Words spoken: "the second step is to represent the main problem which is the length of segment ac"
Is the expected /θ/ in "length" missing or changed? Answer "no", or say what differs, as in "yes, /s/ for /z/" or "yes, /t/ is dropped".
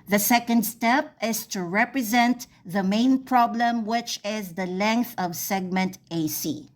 no